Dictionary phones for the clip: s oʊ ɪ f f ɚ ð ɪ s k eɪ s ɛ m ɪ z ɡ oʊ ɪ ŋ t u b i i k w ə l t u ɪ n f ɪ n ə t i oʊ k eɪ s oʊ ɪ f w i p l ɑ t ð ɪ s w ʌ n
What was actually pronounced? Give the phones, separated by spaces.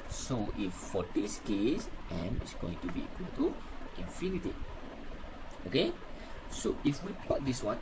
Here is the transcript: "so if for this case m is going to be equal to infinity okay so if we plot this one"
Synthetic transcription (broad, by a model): s oʊ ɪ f f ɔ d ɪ s k eɪ s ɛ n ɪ s ɡ oʊ ɪ ŋ t u b i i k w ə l t u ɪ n f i n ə t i oʊ k eɪ s oʊ ɪ f w i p ɑ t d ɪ s w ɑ n